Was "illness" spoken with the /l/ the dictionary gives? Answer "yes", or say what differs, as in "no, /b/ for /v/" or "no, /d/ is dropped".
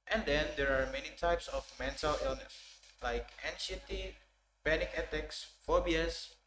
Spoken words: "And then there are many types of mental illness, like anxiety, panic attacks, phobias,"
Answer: yes